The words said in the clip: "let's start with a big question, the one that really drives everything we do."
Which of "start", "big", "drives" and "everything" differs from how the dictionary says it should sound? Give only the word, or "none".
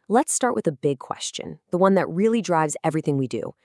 none